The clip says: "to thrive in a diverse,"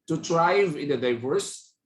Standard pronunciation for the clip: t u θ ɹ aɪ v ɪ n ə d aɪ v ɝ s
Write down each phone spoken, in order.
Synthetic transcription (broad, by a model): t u t ɹ aɪ v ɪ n ə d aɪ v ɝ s